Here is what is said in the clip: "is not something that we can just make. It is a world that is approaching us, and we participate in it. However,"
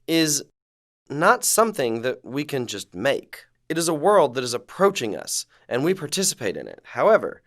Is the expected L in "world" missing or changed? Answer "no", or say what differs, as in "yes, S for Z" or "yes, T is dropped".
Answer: no